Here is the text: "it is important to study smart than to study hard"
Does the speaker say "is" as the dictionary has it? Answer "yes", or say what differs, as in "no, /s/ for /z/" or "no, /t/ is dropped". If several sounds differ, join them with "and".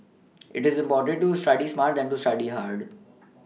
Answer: yes